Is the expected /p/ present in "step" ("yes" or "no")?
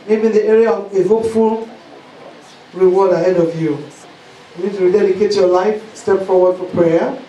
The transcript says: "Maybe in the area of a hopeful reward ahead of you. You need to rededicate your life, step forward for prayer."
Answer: yes